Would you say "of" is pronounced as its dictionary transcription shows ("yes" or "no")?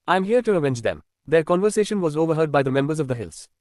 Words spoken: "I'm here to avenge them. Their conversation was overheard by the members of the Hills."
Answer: yes